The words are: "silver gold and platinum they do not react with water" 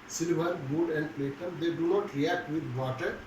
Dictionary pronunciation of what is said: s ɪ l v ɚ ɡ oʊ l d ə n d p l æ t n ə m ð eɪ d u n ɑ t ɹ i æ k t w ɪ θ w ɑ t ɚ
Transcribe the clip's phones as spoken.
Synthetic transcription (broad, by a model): s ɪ l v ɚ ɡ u d ə n d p l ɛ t ə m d eɪ d u n ɑ t ɹ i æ k t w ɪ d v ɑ t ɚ